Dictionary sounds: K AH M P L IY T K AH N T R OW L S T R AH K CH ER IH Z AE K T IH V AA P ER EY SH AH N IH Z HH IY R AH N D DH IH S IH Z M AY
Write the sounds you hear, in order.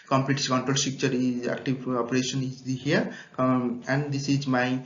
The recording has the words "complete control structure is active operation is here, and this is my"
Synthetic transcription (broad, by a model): K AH M P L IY T K AH N T R OW L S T IY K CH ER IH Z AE K T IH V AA P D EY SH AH N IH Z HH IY R AH N D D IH S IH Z M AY